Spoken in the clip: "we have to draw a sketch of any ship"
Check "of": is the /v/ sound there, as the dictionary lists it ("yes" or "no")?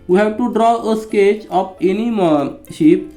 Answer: no